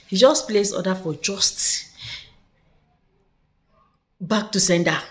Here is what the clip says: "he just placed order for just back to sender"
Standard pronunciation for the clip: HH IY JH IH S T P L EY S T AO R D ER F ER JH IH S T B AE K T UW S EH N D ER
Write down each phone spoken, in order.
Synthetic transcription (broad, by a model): HH IY JH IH S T P L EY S AO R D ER F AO JH IH S T B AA K T UW S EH N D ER